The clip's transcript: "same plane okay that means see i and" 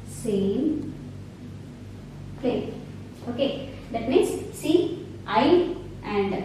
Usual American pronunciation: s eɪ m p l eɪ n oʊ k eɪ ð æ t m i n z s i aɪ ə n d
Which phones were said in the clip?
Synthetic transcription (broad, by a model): s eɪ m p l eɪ oʊ k eɪ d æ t m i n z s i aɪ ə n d